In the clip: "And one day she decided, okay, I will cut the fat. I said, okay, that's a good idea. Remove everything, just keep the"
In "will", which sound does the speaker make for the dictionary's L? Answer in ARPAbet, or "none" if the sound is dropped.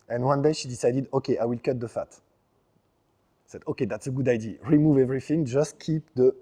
L